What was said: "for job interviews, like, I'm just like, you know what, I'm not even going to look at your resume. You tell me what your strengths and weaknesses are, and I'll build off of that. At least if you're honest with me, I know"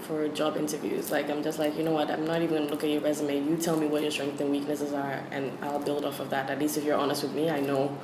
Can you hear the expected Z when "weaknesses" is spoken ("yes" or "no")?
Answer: yes